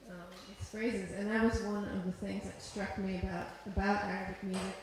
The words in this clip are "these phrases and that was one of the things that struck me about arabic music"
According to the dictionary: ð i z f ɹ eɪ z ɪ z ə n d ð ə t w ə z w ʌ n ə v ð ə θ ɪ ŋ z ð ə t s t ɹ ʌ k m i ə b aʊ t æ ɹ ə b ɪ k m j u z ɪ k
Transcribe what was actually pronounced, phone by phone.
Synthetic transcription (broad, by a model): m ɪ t f ɹ eɪ z ɪ z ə n ð ə t w ə z w ʌ n ə v ð ə θ ɪ ŋ z ð ə t s t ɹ ʌ k m i ə b aʊ t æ ɹ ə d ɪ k m j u z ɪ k